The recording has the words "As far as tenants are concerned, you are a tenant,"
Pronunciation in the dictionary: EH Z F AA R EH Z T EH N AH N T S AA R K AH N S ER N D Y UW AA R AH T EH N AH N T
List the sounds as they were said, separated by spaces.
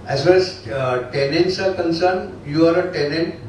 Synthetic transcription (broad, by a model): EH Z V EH L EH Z T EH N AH N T S AA R K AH N S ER N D Y UW AA R AH T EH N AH N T